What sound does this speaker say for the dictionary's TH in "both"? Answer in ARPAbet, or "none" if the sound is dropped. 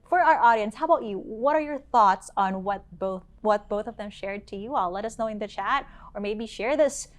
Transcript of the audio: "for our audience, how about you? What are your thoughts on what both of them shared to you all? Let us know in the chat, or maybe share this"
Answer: TH